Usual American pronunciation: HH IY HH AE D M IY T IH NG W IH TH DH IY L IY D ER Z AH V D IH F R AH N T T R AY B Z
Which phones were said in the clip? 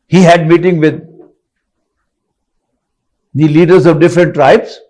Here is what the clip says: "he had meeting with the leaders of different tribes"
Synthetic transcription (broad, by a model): HH IY HH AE D M IY T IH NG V IH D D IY L IY D ER Z AH V D IH F R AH N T T R AY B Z